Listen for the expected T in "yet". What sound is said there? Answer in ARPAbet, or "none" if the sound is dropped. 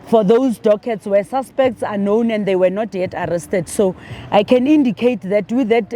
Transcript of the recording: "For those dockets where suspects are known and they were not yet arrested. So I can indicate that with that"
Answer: T